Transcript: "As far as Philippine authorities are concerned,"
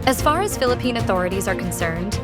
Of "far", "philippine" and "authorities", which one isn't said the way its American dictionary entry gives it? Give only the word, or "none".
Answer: none